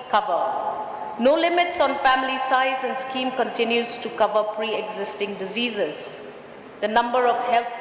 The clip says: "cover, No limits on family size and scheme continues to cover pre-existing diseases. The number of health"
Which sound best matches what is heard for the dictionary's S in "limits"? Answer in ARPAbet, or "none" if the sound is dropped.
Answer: S